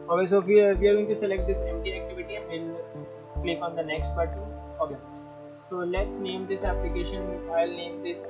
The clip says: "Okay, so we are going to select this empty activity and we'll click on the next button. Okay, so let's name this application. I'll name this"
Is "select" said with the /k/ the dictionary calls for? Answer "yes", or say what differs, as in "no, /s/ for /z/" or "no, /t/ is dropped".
yes